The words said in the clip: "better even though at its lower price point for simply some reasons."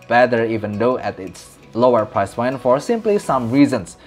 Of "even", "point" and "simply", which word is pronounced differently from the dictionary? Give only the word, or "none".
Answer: point